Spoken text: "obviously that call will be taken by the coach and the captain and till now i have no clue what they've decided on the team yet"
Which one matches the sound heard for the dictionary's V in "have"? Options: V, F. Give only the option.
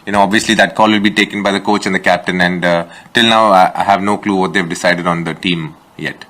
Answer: V